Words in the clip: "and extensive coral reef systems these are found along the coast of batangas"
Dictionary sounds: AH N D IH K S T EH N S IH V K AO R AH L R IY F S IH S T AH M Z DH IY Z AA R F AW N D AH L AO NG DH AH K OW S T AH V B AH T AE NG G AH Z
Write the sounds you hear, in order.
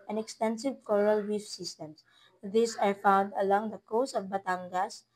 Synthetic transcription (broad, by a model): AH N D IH K S T EH N S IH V K AO R AH L W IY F S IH S T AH M S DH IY S AA R F AW N D AH L AO NG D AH K OW S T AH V B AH T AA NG G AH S